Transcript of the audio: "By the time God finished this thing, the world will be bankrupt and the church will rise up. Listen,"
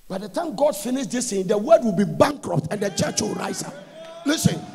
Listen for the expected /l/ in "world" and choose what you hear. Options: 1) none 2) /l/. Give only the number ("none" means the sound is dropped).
1